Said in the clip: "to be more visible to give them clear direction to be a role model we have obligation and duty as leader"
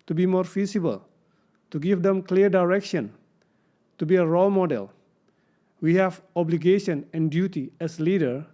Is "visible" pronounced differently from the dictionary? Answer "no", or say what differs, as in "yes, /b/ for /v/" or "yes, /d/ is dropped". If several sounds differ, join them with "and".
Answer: yes, /f/ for /v/